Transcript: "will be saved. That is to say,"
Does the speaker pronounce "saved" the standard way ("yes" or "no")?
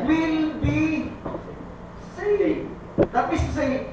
no